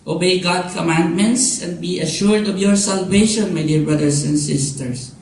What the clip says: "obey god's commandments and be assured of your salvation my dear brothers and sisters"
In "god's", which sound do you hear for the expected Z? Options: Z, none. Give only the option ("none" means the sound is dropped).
none